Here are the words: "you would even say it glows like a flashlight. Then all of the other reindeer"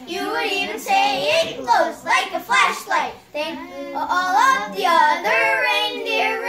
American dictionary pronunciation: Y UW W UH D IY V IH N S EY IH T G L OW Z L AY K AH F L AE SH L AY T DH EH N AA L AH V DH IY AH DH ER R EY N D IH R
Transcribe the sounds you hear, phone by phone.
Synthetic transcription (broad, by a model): Y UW W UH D IY V IH N S EY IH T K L OW S L AY K AH F L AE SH L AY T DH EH L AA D AH V DH IY AH DH ER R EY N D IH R